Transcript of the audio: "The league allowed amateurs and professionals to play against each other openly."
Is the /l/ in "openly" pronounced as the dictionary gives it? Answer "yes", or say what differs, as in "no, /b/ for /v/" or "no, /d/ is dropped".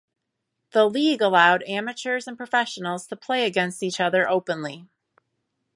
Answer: yes